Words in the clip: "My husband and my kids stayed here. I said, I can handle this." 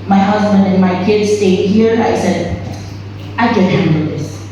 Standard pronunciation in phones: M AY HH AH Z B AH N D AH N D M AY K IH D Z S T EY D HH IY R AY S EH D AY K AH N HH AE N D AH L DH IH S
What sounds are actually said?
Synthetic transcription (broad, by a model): M AY HH AH Z B AH N D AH N M AY K IH D Z S T EY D HH IY R AY S EH D AY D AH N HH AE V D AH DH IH S